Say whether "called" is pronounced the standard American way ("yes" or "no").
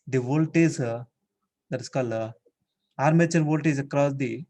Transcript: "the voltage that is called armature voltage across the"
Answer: no